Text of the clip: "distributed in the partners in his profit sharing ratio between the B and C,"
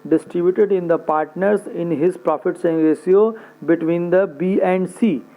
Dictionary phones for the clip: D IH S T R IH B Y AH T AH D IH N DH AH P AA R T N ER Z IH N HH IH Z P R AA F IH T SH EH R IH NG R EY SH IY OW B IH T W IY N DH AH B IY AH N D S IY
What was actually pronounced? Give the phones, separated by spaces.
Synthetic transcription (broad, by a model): D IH S T R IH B Y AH T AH D IH N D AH P AA R T N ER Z IH N HH IH Z P R AA F IH T S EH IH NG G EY S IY OW B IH T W IY N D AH B IY AH N D S IY